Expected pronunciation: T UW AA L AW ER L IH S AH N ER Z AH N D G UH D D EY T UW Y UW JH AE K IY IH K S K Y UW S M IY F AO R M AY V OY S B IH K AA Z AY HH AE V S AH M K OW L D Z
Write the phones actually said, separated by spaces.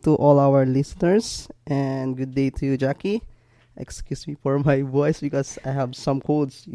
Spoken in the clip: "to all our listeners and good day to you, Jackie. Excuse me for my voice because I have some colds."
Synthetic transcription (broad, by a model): T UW AA L AW ER L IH S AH N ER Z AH N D G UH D D EY T UW Y UW JH AE K IY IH K S K Y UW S M IY F AO R M AY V OY S B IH K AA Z AY HH AE V S AH M K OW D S